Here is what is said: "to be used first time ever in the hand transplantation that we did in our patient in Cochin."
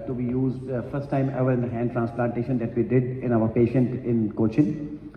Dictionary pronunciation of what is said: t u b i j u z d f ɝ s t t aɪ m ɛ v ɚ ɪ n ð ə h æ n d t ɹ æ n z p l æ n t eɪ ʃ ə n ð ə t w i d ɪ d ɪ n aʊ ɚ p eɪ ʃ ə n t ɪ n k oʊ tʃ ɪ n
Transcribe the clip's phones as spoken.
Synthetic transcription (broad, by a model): t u b i j u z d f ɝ s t t aɪ m ɛ v ɚ ɪ n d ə h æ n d t ɹ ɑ n s p l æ n t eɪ ʃ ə n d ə t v i d ɪ d ɪ n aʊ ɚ p eɪ ʃ ə n t ɪ n k oʊ tʃ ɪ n